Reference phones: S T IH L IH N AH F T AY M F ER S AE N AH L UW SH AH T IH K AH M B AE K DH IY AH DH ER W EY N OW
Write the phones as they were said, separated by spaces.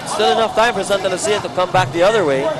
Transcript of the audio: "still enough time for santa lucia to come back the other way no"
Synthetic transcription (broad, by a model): S T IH L IH N AH F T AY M P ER S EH N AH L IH S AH T IH K AH M B AE K DH IY AH DH ER W EY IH